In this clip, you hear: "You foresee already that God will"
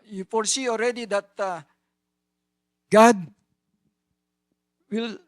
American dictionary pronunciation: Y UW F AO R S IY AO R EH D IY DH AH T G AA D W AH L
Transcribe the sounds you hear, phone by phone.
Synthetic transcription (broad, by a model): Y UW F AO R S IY AO R EH D IY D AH T G AA D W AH L